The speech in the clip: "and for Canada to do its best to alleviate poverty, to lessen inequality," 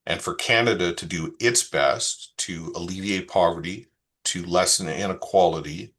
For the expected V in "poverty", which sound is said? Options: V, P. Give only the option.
V